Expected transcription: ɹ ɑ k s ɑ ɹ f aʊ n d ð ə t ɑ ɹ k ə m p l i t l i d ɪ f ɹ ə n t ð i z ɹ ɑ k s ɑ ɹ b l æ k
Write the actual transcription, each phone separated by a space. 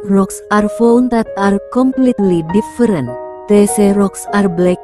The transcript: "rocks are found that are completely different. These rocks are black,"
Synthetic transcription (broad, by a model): ɹ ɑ k s ɑ ɹ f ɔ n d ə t ɑ ɹ k ə m p l i t l i d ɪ f ɹ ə n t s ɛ ɹ ɑ k s ɑ ɹ b l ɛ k